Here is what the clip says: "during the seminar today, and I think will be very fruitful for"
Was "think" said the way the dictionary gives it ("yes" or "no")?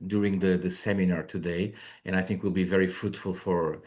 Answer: yes